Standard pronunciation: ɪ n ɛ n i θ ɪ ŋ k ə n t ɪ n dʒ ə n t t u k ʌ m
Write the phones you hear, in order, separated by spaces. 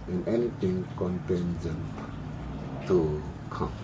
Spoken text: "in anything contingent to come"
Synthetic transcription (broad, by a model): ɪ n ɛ n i t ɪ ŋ k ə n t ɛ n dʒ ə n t t u k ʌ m